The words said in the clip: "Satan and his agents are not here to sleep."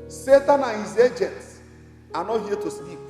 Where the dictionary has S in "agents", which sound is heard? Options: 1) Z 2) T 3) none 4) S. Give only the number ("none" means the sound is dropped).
4